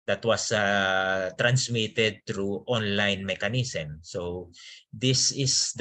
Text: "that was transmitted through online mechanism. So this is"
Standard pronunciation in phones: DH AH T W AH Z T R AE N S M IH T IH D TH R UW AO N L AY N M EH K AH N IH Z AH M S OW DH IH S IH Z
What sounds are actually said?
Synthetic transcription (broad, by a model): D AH T W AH S T R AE N S M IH T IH D T R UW AO N L AY N M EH K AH N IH S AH M S OW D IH S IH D